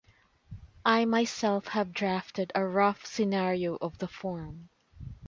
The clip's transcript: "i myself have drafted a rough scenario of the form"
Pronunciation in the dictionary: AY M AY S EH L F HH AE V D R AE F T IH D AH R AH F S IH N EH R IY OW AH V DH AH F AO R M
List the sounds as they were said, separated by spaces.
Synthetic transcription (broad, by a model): AY M AY S EH L F HH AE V D R AE F T IH D AH R AH F S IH N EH R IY OW AH V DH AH F AO R M